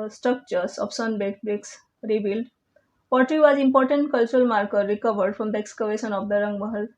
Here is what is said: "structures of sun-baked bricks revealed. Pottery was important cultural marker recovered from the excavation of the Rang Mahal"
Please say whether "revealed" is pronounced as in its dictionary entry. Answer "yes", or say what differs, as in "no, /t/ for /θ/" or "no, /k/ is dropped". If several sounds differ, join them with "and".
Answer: no, /b/ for /v/